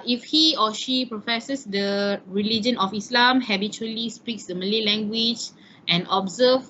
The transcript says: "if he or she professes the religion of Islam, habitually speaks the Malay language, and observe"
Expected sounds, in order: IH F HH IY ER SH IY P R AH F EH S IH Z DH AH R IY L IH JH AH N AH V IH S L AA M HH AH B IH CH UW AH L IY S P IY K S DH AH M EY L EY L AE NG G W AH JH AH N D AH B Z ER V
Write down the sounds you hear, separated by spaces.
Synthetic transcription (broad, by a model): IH F HH IY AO SH IY P R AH F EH S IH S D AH R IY L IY JH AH N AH F IH S L AA M HH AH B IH CH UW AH L IY S P IY K S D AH M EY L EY L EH NG G W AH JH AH N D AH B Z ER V